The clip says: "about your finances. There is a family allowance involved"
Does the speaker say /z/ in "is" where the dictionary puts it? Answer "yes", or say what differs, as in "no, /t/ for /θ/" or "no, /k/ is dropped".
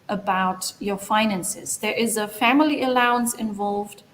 yes